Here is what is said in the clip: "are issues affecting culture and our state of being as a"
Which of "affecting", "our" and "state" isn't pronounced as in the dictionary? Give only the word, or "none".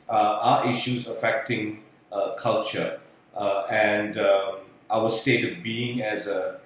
our